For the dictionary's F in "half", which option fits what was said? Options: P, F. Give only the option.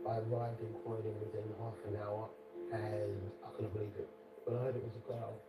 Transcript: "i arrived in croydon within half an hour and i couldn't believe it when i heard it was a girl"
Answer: F